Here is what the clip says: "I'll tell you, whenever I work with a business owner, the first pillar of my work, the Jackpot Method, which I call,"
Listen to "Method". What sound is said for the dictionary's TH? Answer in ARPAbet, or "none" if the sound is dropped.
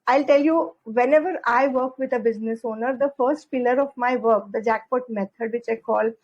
T